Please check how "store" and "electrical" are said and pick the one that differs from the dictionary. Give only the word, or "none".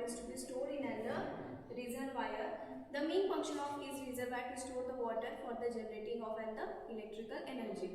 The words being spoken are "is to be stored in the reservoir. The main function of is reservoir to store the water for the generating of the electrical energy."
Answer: none